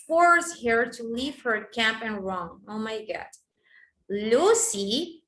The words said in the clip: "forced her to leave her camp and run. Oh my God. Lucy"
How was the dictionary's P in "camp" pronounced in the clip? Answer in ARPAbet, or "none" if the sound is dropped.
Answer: P